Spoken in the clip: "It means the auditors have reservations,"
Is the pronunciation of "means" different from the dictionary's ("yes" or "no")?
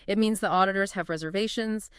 no